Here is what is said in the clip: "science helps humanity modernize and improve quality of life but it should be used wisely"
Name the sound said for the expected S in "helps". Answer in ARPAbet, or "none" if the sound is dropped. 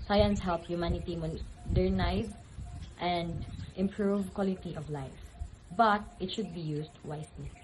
none